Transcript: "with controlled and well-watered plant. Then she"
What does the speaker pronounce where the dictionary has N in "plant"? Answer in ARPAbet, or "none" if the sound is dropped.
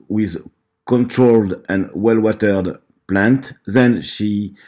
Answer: N